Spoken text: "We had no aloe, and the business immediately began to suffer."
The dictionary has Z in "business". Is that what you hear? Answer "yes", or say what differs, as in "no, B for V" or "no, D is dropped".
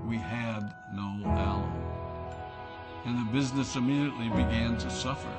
yes